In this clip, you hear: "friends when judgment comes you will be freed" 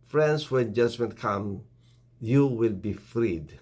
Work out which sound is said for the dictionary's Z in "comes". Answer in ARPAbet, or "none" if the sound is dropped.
none